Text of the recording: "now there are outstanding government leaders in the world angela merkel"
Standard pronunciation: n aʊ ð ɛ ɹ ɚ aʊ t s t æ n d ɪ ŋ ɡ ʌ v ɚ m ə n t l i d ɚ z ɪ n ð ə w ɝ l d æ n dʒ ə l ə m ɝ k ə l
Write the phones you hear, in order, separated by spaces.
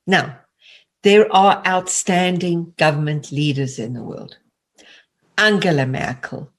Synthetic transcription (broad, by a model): n aʊ ð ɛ ɹ ɚ aʊ t s t æ n d ɪ ŋ ɡ ʌ v ɚ m ə n t l i d ɚ z ɪ n ð ə w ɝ l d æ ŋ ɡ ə l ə m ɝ k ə l